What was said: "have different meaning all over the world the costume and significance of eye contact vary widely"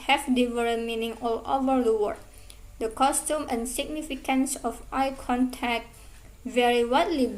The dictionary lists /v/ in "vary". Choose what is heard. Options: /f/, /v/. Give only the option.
/v/